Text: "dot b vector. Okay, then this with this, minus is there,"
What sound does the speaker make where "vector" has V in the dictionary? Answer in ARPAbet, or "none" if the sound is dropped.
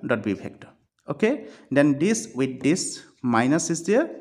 P